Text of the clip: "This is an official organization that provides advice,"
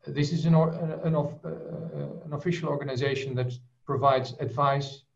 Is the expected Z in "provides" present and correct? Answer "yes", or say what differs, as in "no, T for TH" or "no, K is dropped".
yes